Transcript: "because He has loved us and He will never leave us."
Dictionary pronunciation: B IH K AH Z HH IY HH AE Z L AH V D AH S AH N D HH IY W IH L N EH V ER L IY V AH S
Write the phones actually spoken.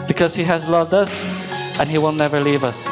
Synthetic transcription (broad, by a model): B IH K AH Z HH IY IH Z L AH V D AH S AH N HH IY W IH L N EH V ER L IY V AH S